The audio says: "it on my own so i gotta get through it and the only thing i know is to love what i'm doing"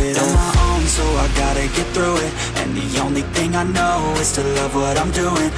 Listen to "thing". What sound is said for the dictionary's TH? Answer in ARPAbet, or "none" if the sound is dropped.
TH